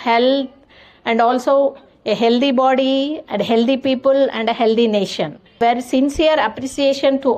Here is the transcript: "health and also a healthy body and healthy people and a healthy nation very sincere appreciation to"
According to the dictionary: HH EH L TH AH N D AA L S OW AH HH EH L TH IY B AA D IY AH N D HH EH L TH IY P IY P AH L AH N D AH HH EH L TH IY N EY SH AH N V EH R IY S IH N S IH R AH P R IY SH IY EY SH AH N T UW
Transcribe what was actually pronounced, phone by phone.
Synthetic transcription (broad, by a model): HH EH L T AH N D AA L S OW AH HH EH L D IY B AA D IY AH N D HH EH L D IY P IY P AH L AH N D AH HH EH L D IY N EY SH AH N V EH R S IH N S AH R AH P R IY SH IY EY SH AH N T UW